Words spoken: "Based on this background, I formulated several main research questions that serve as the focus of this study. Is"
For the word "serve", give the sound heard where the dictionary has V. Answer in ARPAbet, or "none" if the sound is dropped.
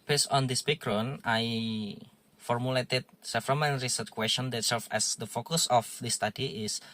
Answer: F